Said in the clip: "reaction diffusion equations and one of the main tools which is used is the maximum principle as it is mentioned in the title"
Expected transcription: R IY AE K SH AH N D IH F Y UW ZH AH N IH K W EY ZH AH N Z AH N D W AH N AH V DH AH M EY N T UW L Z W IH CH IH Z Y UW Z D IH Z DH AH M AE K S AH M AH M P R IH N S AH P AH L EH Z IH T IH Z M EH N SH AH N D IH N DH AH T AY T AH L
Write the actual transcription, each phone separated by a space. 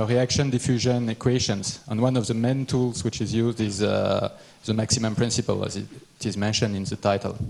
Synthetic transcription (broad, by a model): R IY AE K SH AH N D IH F Y UW ZH AH N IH K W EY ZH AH N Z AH N W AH N AH V DH AH M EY N T UW L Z W IH CH IH Z Y UW Z D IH Z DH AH M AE K S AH M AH M P R IH N S AH P AH L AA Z IH T IH Z M EH N SH AH N D IH N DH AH T AY T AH L